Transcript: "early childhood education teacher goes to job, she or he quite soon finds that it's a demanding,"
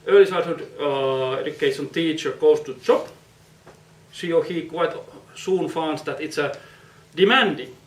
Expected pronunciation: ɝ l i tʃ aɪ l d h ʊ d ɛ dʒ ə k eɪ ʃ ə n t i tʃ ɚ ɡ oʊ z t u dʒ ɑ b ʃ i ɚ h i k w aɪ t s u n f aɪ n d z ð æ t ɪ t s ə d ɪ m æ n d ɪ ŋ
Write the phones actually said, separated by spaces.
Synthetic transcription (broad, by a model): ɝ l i s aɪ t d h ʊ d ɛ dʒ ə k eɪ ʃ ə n t i tʃ ɚ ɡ oʊ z t u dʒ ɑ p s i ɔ h i k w aɪ t s u n f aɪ n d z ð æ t ɪ t s ə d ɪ m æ n d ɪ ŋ